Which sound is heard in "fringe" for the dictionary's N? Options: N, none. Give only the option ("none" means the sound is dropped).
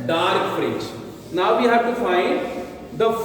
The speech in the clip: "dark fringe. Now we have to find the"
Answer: none